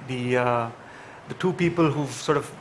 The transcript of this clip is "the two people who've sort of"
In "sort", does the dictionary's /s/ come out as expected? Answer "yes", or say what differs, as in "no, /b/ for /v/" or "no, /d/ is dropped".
yes